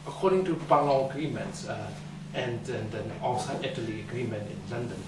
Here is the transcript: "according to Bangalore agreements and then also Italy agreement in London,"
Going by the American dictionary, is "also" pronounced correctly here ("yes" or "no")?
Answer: no